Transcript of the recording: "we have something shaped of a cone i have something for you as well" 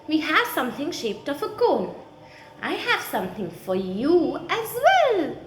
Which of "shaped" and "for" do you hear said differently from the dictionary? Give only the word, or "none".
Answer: none